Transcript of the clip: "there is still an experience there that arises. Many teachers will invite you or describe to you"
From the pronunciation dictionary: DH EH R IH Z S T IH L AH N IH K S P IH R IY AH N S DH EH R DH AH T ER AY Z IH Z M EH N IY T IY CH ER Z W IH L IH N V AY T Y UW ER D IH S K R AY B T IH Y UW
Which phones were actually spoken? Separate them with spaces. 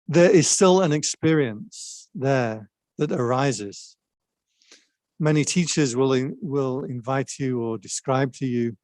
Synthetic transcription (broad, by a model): DH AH R IH Z S T IH L AH N IH K S P IH R IY AH N S DH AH R DH AH T ER AY Z IH Z M EH N IY T IY CH ER Z W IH L IH L V AY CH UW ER D IH S K R AY B T IH Y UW